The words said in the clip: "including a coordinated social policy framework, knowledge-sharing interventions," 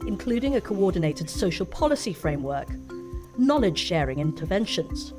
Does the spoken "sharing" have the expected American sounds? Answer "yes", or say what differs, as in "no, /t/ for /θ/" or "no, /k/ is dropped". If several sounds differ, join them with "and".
yes